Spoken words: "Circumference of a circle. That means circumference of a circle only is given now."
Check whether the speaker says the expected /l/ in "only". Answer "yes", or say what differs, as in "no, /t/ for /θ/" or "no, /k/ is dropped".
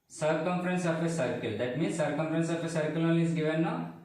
no, /l/ is dropped